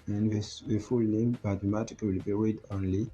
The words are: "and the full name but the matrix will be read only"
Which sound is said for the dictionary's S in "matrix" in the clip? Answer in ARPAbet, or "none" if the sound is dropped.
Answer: none